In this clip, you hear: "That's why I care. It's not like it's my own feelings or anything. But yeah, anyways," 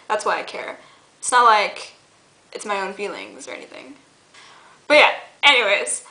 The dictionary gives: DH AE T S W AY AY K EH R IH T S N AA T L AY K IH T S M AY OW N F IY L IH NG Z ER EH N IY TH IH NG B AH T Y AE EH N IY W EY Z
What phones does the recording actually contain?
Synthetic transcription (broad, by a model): DH AE T S W AY AY K EH R IH T S N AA T L AY K IH T S M AY OW N F IY L IH NG Z ER EH N IY TH IH NG B AH T Y AE EH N IY W EY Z